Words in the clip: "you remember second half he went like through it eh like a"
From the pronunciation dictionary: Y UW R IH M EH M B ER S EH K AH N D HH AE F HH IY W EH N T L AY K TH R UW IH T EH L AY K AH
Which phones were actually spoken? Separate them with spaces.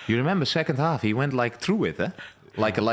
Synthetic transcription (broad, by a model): Y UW R IH M EH M B ER S EH K AH N D HH AE F HH IY W EH N T L AY K TH R UW IH T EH L AY K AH